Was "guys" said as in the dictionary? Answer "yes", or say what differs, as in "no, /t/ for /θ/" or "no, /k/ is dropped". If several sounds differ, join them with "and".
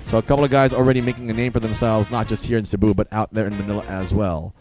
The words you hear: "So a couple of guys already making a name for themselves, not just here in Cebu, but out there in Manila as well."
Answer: yes